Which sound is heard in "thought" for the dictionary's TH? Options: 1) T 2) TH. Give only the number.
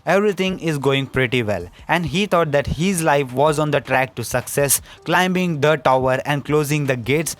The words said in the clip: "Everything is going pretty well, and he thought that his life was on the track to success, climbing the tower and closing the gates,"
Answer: 1